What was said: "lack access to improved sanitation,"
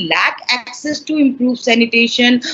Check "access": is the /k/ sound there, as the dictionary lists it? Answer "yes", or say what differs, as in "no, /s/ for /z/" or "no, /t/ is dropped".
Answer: yes